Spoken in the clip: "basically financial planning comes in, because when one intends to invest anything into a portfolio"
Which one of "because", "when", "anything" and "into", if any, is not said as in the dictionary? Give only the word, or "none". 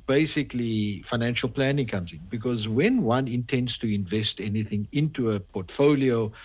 none